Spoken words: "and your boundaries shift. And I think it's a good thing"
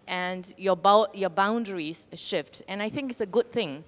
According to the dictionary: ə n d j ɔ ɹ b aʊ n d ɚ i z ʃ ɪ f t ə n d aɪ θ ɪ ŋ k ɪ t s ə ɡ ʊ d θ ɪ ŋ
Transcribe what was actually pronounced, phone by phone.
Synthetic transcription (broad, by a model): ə n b j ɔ b aʊ n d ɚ i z ʃ ɪ f t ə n aɪ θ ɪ ŋ k ɪ t s ə ɡ ʊ d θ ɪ ŋ